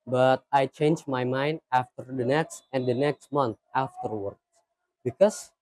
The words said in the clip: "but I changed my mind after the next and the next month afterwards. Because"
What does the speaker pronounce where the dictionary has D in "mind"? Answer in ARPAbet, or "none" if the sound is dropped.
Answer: D